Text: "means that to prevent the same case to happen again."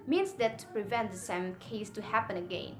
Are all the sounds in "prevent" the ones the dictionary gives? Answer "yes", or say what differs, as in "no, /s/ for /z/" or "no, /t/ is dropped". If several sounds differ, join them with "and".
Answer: yes